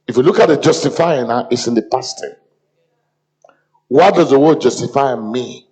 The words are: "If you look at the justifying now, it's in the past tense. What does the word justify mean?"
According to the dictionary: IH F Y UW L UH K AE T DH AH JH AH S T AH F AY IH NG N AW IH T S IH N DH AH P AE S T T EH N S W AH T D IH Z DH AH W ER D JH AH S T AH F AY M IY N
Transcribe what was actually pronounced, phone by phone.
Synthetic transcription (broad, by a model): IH F Y UW L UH K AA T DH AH JH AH S T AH F AY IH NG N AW IH T S IH N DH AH P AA S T T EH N W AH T D IH Z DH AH W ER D JH AH S T AH F AY M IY